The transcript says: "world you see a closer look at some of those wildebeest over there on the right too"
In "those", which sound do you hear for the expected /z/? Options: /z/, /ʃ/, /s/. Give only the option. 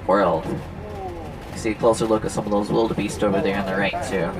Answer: /z/